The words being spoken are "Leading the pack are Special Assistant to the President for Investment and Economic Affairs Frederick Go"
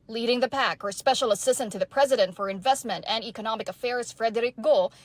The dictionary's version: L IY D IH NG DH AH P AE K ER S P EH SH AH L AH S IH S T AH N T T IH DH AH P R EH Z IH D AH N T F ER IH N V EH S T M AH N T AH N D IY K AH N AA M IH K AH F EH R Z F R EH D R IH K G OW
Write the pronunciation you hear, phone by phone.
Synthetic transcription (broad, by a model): L IY D IH NG DH AH P AE K ER S P EH SH L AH S IH S T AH N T T IH DH AH P R EH Z IH D AH N T F ER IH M V EH S T M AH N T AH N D IY K AH N AA M IH K AH F EH R Z F R EH D R IH K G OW